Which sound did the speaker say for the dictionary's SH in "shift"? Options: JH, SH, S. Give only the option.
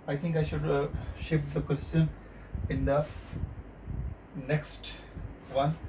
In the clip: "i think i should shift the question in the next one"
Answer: SH